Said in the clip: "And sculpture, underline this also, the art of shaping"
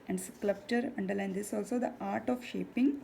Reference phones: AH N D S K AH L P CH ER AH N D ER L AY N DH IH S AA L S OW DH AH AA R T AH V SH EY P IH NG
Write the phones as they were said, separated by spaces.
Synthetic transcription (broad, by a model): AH N D S K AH P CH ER AH N D ER L AY N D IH S AA L S OW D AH AA R T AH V SH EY P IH NG